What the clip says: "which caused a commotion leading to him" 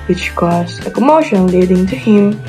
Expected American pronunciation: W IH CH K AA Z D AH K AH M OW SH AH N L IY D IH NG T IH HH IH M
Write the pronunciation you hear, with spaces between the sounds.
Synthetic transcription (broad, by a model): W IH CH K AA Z AH K AH M OW SH AH N L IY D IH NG T IH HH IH M